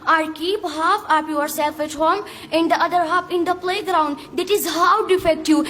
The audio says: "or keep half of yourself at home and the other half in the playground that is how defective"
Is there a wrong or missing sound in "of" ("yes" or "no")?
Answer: yes